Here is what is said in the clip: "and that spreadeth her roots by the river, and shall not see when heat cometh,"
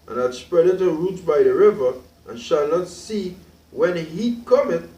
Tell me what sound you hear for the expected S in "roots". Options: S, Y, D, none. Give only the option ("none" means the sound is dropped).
none